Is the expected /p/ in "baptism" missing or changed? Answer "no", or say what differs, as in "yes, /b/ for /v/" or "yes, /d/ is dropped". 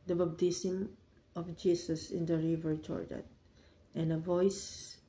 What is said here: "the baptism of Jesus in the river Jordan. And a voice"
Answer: yes, /b/ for /p/